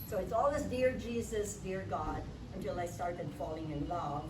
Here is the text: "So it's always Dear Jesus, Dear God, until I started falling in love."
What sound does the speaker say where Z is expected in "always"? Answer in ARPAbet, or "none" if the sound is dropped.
S